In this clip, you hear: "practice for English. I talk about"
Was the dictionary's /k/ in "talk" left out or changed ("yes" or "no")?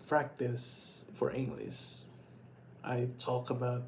no